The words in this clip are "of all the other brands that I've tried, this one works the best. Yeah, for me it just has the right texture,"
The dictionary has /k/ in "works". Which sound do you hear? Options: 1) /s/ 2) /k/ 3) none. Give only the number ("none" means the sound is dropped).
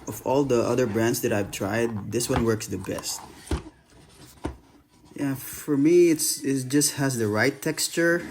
2